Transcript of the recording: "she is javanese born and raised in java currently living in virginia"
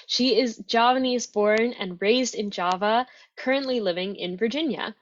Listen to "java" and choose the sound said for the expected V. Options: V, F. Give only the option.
V